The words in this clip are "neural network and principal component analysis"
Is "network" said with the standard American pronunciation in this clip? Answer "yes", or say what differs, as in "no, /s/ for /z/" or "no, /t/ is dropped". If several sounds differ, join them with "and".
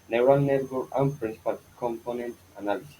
no, /k/ is dropped